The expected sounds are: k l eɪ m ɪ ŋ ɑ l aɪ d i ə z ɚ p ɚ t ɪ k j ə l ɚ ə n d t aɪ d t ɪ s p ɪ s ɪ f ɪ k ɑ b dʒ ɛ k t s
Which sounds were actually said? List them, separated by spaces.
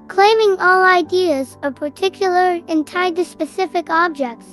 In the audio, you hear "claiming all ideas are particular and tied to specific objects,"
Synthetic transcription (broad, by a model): k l eɪ m ɪ ŋ ɑ l aɪ d i ə z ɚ p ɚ t ɪ k j l ɚ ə n t aɪ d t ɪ s p ɪ s ɪ f ɪ k ɑ b dʒ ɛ k t s